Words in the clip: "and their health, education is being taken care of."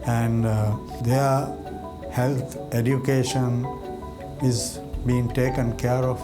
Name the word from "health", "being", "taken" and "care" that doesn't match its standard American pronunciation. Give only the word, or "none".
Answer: health